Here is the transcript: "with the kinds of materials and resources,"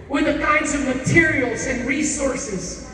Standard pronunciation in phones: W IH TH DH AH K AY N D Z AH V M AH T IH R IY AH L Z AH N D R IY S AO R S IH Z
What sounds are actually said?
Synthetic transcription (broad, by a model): W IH DH AH K AY N D Z AH V M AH T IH R IY L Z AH N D R IY S AO R S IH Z